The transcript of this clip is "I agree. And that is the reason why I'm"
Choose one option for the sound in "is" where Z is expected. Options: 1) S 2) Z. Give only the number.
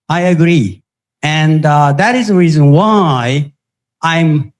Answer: 2